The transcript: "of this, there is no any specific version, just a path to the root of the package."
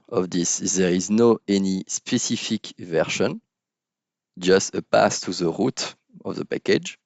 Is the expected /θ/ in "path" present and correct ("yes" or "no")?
no